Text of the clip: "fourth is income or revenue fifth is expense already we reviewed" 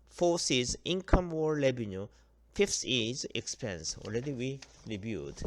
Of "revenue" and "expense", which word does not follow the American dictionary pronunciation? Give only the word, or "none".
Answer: revenue